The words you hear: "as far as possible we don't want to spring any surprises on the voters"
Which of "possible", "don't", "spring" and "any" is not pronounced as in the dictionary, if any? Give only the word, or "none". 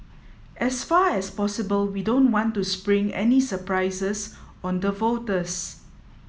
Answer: none